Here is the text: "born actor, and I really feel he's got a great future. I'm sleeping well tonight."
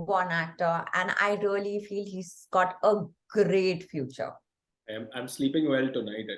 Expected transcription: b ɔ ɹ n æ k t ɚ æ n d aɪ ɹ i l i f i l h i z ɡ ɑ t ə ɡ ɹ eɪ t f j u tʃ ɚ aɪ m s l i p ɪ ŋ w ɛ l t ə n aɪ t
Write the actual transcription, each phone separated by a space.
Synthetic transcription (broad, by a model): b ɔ n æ t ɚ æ n d aɪ ɹ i l i f i l h i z ɡ ɑ t ə ɡ ɹ eɪ t f j u tʃ ɚ aɪ m s l i p ɪ ŋ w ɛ l t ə n aɪ t